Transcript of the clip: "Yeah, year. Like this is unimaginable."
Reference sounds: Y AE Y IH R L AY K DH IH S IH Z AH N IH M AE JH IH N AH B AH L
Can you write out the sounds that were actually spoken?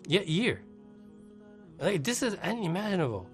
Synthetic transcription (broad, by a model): Y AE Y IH R L AY K DH IH S IH Z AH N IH M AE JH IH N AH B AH L